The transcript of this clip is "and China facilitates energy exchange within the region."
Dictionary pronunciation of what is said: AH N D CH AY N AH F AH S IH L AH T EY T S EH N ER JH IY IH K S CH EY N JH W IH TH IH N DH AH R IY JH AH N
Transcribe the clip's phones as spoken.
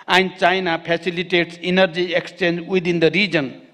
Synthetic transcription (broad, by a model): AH N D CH AY N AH P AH S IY L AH T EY T S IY N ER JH IY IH K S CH EY N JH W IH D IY N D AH R IY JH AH N